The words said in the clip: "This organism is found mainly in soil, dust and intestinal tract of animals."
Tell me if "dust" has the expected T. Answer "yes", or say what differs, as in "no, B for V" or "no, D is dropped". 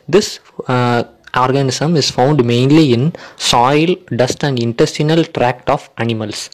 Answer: yes